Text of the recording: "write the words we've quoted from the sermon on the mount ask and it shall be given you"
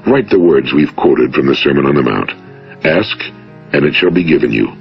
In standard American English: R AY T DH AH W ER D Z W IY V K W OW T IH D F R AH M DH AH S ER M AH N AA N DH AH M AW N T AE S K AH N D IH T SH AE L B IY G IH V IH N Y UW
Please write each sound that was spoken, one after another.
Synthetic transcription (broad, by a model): R AY T DH AH W ER D Z W IY V K W OW T IH D F R AH M DH AH S ER M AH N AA N DH AH M AW N T AE S K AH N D IH T SH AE L B IY G IH V IH N Y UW